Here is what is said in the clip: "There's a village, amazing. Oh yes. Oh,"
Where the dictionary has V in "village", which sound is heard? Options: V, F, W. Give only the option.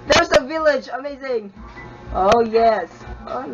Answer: V